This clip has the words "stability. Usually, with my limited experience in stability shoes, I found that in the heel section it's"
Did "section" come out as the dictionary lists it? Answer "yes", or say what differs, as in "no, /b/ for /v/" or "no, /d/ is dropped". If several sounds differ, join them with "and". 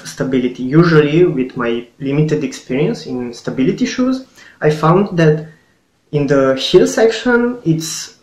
yes